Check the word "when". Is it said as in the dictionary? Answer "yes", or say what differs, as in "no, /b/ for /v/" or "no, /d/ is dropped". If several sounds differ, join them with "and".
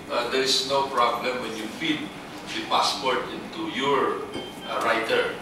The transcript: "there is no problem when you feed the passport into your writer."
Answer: yes